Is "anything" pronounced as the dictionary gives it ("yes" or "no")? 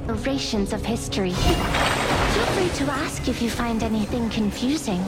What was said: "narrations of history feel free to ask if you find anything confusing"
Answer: yes